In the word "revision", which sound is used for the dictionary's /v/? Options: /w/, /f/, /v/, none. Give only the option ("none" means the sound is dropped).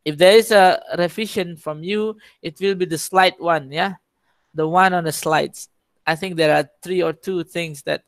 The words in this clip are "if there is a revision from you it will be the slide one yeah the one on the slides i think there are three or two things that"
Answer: /f/